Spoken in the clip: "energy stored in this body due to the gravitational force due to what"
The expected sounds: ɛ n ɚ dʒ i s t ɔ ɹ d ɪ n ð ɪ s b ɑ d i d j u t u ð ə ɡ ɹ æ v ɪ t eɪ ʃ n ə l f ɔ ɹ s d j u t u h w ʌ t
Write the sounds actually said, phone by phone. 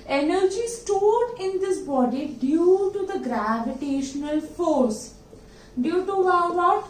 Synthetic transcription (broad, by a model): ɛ n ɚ dʒ i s t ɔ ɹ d ɪ n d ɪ s b ɑ d i d j u t u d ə ɡ ɹ æ v ɪ t eɪ ʃ n ə l f ɔ ɹ s d j u t u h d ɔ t